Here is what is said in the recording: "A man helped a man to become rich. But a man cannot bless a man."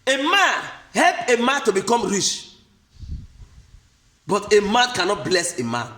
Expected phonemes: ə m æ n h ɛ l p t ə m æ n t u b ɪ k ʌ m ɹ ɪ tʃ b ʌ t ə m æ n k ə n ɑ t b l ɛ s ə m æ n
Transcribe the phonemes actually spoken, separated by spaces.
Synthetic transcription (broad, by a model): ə m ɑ n h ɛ l p ə m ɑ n t u b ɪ k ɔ m ɹ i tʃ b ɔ t ə m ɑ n k ə n ɑ t b l ɛ s ə m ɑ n